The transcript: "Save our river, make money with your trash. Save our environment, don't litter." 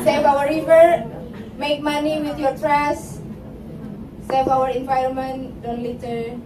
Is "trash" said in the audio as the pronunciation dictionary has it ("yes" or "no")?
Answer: no